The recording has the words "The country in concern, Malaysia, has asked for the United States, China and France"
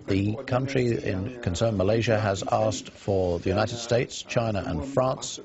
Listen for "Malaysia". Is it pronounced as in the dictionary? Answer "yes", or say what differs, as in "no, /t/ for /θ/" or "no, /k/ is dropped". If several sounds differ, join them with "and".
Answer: yes